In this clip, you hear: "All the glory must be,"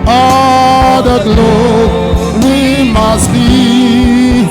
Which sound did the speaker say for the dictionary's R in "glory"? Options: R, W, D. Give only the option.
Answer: W